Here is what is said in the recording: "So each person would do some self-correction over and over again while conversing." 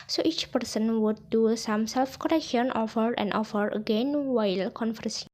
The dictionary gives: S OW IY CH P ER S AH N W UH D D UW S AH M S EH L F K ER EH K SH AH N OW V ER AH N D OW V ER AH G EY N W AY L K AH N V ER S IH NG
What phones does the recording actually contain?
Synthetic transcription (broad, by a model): S OW IY CH P ER S AH N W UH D D UW S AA M S EH L F K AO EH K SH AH N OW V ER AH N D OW F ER AH G EY N W AY L K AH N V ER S